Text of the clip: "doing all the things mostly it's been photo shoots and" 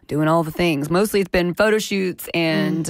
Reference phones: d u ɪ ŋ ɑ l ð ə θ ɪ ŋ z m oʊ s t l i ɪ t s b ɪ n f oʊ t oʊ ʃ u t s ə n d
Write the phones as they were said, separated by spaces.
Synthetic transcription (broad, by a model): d u ɪ ŋ ɑ l ð ə θ ɪ ŋ z m oʊ s t l i ɪ t s b ɪ n f oʊ t oʊ ʃ u t s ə n